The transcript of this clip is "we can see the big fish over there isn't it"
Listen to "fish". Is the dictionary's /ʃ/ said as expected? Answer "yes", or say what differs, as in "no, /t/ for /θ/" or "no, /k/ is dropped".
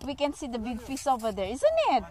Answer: no, /s/ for /ʃ/